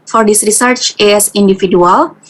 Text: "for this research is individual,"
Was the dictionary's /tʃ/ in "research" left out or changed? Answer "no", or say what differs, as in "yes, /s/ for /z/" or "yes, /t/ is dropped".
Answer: no